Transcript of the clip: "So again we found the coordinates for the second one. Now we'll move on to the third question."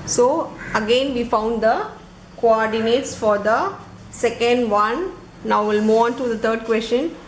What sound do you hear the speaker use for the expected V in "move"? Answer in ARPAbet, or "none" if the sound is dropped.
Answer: none